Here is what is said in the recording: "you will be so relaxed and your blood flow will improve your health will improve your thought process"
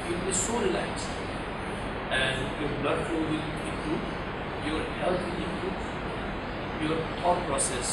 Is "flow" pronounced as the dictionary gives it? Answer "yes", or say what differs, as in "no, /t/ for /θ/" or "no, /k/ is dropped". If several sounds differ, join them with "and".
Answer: no, /l/ is dropped